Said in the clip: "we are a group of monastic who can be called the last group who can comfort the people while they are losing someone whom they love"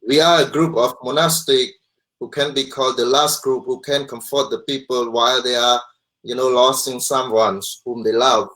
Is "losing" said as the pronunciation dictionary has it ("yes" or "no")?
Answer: no